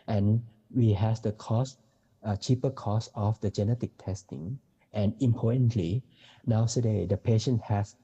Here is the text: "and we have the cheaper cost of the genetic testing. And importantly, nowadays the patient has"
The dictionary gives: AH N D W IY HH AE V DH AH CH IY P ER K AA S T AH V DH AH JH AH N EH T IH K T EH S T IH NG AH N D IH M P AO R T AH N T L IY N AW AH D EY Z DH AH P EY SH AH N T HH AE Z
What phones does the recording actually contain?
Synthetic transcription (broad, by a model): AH N W IY HH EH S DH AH CH IY P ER K AA S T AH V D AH JH AH N EH T IH K T EH S T IH NG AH N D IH M P AO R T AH N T L IY N AW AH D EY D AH P EY SH AH N T HH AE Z